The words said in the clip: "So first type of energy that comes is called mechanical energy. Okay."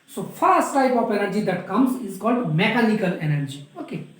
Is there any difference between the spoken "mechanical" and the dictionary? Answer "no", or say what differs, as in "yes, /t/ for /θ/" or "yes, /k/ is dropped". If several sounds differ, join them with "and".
yes, /l/ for /n/